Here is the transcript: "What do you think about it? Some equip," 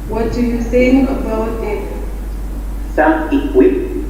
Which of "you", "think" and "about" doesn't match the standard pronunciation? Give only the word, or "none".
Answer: think